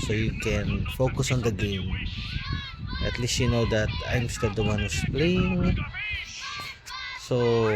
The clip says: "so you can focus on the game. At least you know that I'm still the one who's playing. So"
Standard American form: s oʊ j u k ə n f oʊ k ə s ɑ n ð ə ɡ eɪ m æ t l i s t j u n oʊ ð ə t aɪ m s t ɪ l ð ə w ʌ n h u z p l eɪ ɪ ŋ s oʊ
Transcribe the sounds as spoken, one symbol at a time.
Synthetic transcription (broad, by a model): s oʊ j u k ə n f oʊ k ə s ɑ n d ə ɡ eɪ m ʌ t l i s t j u n oʊ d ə t aɪ m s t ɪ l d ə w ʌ n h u s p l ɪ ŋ s oʊ